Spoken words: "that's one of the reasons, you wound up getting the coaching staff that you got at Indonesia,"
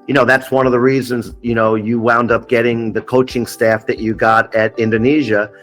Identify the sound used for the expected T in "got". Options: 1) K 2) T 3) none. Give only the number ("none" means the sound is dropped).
2